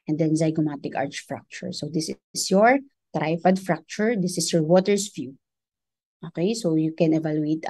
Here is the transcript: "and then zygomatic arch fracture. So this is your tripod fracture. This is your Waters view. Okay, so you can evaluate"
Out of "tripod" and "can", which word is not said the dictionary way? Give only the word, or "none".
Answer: tripod